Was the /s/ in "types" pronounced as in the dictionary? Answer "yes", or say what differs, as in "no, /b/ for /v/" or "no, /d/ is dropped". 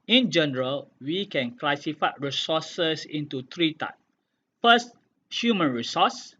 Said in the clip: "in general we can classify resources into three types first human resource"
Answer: no, /s/ is dropped